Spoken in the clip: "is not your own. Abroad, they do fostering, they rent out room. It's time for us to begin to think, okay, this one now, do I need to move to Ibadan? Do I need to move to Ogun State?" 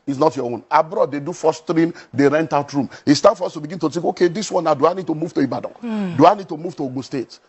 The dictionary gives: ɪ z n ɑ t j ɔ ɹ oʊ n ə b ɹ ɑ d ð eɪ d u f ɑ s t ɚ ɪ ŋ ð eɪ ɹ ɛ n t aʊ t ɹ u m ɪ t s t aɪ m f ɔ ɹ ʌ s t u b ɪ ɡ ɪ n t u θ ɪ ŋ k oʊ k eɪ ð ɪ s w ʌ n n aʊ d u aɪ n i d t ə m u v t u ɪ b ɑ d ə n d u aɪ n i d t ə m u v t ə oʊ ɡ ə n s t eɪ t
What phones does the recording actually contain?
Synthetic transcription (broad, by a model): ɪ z n ɑ t j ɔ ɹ oʊ n ə b ɹ ɑ d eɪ d u f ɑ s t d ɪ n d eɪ ɹ ɛ n t aʊ t ɹ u m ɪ s t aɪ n f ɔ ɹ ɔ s t u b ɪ ɡ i n t u t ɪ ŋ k oʊ k eɪ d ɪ s w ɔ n n aʊ d u aɪ n i d t ə m u v t u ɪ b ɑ d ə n d u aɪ n i d t ə m u v t ə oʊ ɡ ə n s t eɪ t